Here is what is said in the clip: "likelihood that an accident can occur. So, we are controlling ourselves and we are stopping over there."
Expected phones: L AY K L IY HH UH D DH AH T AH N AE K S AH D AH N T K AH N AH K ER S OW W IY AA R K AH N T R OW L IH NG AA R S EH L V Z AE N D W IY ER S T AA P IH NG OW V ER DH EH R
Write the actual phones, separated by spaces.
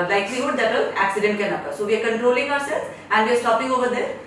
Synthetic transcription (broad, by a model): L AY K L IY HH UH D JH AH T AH L AE K S AH D AH N T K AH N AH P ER S OW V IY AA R K AH N T R OW L IH NG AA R S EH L Z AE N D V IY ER S T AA P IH NG OW V ER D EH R